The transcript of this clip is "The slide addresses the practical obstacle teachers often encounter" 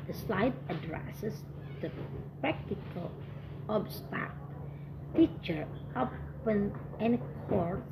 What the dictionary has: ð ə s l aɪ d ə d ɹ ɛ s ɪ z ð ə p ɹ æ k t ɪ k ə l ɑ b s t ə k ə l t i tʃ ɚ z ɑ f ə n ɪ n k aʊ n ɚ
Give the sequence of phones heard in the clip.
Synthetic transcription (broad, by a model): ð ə s l aɪ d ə d ɹ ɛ s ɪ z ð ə p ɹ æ k t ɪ k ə l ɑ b s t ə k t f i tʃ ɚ ɑ p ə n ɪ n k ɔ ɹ